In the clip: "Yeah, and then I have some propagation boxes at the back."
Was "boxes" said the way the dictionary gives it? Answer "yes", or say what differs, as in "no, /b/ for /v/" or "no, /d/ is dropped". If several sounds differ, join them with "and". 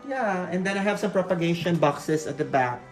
no, /s/ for /z/